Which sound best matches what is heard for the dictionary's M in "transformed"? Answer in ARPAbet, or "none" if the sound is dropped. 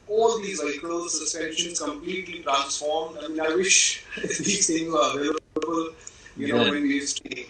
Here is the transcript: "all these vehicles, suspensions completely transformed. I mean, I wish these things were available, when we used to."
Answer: M